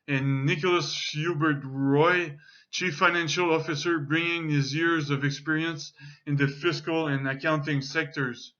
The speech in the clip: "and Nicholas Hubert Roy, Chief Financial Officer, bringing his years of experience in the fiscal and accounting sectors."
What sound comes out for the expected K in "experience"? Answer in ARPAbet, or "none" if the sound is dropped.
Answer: K